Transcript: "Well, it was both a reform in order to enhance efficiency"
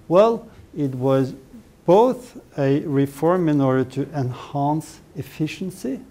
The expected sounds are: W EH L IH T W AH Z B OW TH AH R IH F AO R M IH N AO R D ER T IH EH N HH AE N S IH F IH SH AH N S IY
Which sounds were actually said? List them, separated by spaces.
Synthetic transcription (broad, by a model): W EH L IH T W AH Z B OW TH AH R IH F AO R M IH N AO R D ER T IH EH N HH AE N S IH F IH SH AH N S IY